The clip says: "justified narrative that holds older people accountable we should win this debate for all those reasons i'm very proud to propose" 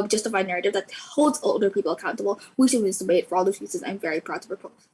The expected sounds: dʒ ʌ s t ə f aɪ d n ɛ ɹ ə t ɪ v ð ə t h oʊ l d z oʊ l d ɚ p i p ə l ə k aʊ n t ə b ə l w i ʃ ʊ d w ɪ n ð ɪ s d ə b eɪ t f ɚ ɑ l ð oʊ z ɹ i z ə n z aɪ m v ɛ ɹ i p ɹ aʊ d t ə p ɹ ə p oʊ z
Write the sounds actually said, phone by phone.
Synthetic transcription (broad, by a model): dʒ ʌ s t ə f aɪ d n ɛ ɹ ə t ɪ v ð ə t h oʊ l d z oʊ l d ɚ p i p l ə k aʊ n t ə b l w i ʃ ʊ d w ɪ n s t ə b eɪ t f ɚ ɑ l ð oʊ z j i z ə z aɪ m v ɛ ɹ i p ɹ aʊ d t ə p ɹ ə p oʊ